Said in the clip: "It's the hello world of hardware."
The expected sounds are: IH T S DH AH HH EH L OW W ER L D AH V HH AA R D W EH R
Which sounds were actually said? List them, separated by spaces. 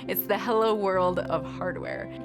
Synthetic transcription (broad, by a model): IH T S DH AH HH EH L OW W ER L D AH V HH AA R D W EH R